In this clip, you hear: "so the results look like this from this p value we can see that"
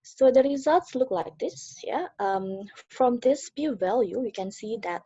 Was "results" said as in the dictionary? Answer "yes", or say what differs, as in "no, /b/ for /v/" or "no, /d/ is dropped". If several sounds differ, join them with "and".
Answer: yes